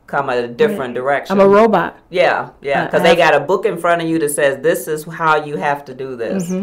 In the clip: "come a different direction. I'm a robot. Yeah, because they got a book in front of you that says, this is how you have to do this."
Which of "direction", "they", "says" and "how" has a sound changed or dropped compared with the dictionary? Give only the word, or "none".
direction